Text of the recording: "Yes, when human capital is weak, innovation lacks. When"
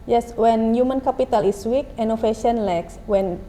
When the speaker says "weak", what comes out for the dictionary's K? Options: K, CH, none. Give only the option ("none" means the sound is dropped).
K